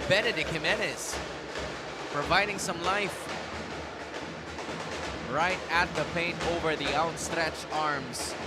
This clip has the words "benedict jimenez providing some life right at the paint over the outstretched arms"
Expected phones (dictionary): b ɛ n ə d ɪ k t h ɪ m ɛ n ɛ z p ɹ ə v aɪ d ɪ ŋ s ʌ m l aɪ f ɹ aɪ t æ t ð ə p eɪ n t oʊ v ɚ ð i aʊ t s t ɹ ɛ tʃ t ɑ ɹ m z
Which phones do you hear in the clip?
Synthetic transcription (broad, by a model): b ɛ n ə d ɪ k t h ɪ m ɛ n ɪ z p ɹ ə v aɪ d ɪ ŋ s ʌ m l aɪ f ɹ aɪ t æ t ð ə p eɪ n t oʊ v ɚ ð i aʊ t s t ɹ ɛ tʃ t ɑ ɹ m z